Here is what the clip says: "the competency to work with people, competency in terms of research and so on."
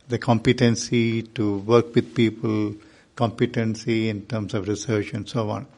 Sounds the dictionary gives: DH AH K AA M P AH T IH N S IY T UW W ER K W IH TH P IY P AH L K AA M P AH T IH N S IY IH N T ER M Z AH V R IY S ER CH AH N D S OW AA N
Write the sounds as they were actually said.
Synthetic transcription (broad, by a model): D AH K AA M P AH T IH N S IY T UW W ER K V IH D P IY P AH L K AA M P AH T IH N S IY IH N T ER M S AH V R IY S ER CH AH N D S OW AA N